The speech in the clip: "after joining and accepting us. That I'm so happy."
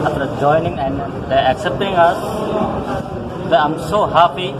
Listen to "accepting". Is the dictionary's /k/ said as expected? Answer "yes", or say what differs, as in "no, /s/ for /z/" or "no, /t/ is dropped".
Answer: yes